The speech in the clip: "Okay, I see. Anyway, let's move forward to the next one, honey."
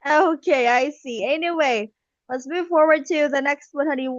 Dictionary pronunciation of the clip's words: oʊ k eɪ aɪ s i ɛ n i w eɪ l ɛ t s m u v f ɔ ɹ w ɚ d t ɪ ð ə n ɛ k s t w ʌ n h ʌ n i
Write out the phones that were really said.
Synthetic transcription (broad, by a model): oʊ k eɪ aɪ s i ɛ n i w eɪ l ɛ t s m u v f ɔ ɹ w ɚ d t ɪ ð ə n ɛ k s t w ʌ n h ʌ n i